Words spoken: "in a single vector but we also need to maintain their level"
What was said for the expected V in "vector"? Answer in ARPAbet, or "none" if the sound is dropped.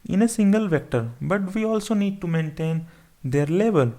V